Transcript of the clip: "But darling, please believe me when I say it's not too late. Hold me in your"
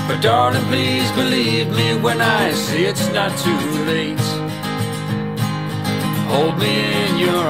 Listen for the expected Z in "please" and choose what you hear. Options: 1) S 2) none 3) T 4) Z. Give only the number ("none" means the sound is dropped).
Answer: 4